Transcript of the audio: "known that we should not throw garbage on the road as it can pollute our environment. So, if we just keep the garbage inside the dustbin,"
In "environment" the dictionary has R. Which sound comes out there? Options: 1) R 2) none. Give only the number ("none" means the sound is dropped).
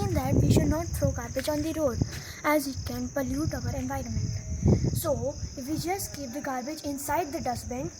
1